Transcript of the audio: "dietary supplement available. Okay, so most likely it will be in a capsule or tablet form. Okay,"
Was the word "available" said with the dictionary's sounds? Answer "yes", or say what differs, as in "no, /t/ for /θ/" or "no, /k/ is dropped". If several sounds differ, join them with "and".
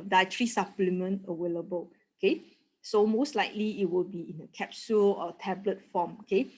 no, /w/ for /v/